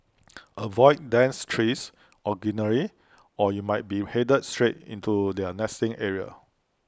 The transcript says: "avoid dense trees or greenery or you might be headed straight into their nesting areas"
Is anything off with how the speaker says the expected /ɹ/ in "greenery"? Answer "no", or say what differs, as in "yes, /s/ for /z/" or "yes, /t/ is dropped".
yes, /ɹ/ is dropped